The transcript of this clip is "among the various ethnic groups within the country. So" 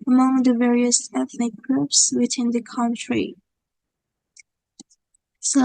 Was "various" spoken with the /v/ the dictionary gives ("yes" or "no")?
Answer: yes